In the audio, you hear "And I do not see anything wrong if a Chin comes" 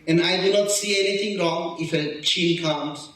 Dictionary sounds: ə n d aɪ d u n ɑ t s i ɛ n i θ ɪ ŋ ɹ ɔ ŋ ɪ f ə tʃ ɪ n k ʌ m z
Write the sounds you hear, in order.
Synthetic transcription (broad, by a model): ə n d aɪ d u n ɑ t s i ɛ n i t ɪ ŋ ɹ ɔ ŋ ɪ f ə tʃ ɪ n k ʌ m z